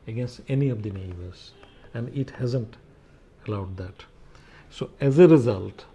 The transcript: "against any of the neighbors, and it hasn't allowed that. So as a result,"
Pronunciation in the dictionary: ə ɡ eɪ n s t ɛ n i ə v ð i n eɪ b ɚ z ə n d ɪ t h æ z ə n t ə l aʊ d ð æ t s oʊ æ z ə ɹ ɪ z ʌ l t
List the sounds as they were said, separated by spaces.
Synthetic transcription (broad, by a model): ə ɡ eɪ n s t ɛ n i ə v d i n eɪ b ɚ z ə n d ɪ t h æ z ə n t ə l aʊ d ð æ t s oʊ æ z ə ɹ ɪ z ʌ l t